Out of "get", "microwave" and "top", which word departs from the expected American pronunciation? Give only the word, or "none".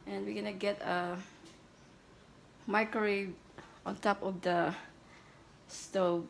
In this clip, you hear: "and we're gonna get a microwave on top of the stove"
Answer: microwave